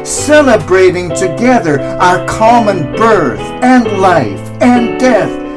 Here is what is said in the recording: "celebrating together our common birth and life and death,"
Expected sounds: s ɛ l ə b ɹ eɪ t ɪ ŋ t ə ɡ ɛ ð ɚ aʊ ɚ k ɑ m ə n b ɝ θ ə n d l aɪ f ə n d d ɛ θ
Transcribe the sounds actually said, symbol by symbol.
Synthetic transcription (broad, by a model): s ɛ l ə b ɹ eɪ t ɪ ŋ t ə ɡ ɛ ð ɚ aʊ ɚ k ɑ m ə n b ɝ θ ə n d l aɪ f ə n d d ɛ θ